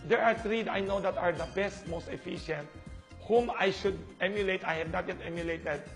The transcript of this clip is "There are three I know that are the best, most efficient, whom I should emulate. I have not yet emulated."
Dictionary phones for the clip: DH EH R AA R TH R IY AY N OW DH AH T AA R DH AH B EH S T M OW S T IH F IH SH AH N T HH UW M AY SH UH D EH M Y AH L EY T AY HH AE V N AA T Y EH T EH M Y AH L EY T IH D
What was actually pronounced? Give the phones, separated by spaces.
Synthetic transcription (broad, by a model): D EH R AA R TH R IY AY N OW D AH T AA R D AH B EH S T M OW S T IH F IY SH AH N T HH UW M AY SH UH D EH M Y AH L EY T AY HH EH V N AA T Y EH T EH M Y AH L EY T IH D